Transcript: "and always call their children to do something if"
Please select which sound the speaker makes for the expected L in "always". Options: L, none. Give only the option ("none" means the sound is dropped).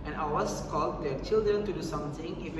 none